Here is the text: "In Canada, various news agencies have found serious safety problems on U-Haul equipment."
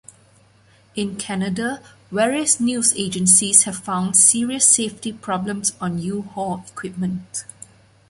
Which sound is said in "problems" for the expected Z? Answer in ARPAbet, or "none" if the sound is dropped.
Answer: S